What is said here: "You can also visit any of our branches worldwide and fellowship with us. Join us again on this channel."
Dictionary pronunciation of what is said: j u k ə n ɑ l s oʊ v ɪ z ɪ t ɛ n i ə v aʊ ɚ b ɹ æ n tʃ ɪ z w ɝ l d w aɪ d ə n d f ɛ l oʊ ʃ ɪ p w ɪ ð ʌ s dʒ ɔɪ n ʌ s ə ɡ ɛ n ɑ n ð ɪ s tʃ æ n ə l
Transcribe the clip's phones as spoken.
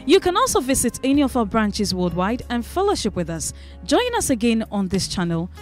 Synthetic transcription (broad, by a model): j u k ə n ɑ l s oʊ v ɪ z ɪ t ɛ n i ə v aʊ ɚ b ɹ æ n tʃ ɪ z w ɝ d w aɪ d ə n f ɛ l oʊ ʃ ɪ p w ɪ ð ʌ s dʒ ɔɪ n ʌ s ə ɡ ɛ n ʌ n ð ɪ s tʃ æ n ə l